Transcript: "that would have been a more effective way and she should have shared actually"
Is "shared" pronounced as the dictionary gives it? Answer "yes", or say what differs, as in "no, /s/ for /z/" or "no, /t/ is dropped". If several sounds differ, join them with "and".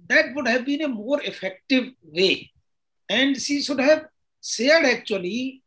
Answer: no, /s/ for /ʃ/